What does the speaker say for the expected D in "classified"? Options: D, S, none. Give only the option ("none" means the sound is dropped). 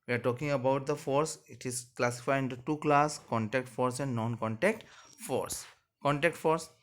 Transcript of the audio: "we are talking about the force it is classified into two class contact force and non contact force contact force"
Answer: none